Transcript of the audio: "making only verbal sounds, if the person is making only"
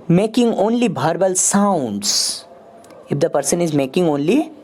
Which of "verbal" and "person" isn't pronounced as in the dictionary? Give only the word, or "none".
verbal